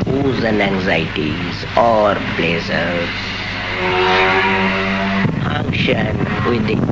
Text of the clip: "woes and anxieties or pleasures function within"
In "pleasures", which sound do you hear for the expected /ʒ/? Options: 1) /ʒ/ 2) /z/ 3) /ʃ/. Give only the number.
2